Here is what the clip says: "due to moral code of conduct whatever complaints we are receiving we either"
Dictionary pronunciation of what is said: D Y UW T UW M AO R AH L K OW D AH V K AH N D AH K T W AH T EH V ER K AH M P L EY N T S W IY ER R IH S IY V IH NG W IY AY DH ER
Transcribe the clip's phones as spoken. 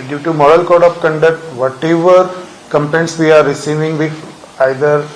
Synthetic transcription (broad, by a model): D Y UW T UW M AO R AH L K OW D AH P K AH N D AH K T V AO T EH V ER K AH M P EY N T S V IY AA R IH S IY V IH NG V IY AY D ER